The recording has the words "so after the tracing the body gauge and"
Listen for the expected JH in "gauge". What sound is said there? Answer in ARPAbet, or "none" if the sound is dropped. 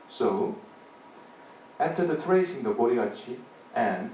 none